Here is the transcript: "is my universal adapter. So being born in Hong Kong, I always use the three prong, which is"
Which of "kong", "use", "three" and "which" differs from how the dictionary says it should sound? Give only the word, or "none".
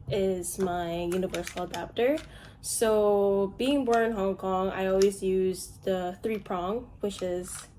none